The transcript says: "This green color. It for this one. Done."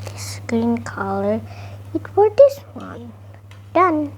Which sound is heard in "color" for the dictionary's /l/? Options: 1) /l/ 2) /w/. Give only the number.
1